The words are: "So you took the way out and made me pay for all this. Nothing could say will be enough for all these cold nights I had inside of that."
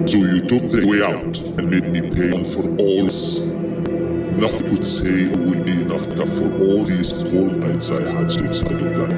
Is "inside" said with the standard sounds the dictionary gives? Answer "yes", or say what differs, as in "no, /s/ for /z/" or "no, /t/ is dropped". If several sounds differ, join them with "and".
no, /n/ is dropped